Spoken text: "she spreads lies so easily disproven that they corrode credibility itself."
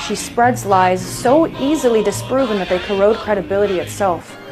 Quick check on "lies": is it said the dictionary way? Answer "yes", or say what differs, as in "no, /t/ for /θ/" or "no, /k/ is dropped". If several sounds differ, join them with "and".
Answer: yes